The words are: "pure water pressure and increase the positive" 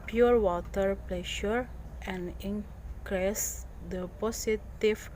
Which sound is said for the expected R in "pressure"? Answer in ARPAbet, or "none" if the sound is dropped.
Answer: L